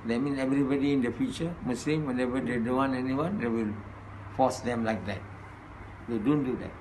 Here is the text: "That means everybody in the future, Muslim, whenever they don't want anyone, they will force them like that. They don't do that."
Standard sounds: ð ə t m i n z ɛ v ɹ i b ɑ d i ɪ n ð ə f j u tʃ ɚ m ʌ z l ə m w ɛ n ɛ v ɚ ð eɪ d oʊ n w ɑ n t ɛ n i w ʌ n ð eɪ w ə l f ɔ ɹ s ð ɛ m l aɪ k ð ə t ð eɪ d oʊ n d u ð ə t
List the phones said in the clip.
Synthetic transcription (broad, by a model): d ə t m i n ɛ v ɹ i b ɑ d i ɪ n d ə f j u tʃ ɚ m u s l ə m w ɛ n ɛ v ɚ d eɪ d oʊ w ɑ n ɛ n i w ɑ n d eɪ w ə l f ɔ s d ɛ m l aɪ k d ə t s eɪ d oʊ n d u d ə t